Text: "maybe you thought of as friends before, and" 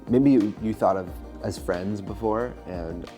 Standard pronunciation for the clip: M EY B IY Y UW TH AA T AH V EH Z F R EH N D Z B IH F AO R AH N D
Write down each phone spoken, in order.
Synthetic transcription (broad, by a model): M EY B IY Y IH TH AA T AH V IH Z F R EH N D Z B IH F AO R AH N